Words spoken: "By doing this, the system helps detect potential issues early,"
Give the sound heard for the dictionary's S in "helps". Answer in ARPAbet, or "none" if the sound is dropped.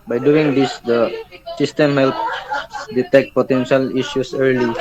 none